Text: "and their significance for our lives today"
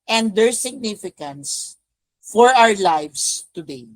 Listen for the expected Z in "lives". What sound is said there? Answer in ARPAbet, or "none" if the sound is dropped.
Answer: S